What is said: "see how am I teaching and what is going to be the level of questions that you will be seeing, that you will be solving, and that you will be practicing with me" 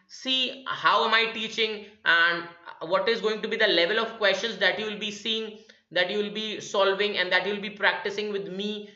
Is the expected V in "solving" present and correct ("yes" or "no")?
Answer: yes